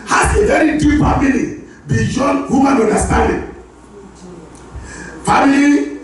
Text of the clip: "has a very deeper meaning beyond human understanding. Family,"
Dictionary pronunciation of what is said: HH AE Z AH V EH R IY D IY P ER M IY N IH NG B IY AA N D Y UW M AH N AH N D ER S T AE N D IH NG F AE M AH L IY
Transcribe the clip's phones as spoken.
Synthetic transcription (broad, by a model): HH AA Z AH V EH R IY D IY F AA M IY L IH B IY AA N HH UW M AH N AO N D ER S T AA N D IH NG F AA M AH L IY